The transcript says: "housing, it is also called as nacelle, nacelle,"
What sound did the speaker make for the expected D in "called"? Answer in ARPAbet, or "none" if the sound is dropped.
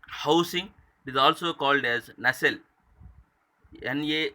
D